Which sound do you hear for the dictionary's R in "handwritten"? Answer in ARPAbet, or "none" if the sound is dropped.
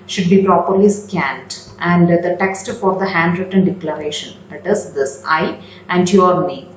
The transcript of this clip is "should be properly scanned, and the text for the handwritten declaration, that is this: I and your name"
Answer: R